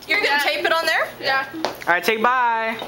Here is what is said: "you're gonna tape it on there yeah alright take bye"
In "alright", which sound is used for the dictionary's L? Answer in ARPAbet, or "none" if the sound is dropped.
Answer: none